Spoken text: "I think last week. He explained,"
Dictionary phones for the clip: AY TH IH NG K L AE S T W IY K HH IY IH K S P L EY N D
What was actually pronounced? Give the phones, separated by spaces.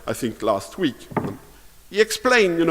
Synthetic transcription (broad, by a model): AY TH IH NG K L AE S T W IY K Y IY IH K S P L EY N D